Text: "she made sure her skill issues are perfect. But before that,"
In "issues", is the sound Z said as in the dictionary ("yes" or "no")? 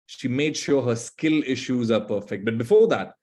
yes